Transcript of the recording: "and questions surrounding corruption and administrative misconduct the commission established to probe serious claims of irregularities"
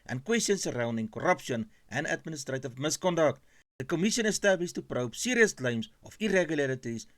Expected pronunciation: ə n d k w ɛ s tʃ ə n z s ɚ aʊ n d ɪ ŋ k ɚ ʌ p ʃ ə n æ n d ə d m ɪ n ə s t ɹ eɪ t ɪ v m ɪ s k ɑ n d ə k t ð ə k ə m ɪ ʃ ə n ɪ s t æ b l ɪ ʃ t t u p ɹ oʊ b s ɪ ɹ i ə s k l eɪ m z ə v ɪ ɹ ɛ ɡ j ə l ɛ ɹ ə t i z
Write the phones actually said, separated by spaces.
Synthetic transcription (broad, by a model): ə n k w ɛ s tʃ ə n s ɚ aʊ n d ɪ ŋ k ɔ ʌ p ʃ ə n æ n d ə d m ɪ n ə s t ɹ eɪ t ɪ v m ɪ s k ɑ n d ə k t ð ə k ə m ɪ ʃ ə n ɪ s t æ b l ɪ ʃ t t u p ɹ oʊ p s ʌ ɹ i ə s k l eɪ m s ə f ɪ ɹ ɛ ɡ j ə l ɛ ɹ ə t i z